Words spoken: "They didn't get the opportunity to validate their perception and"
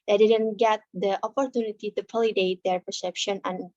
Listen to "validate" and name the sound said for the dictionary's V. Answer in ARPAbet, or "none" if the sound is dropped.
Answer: P